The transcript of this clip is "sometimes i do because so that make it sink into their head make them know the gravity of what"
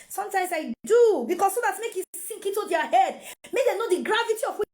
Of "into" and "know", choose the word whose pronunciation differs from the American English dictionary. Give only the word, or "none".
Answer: into